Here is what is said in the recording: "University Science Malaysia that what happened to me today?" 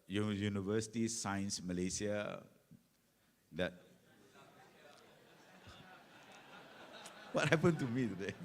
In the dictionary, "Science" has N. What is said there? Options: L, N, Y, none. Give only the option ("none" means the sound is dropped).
N